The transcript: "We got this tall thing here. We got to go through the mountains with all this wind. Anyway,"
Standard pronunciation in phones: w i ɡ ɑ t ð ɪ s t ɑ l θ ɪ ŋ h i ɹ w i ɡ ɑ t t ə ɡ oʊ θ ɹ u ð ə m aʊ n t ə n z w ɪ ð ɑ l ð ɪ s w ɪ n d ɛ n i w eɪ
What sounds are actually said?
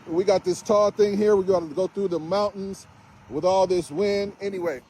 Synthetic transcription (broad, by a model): w i ɡ ɑ t ð ɪ s t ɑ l θ ɪ ŋ h i ɹ w i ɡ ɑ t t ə ɡ oʊ θ ɹ u ð ə m aʊ n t n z w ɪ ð ɑ l ð ɪ s w ɪ n d ɛ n i w eɪ